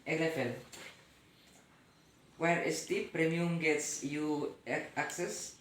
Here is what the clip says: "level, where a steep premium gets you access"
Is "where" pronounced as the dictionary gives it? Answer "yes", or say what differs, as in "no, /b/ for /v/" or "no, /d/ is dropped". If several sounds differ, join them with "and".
yes